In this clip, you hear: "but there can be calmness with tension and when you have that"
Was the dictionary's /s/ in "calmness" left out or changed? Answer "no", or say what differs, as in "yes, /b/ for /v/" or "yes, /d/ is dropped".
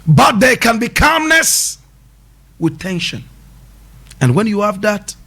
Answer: no